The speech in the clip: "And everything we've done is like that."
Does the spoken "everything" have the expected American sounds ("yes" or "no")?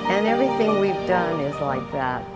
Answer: yes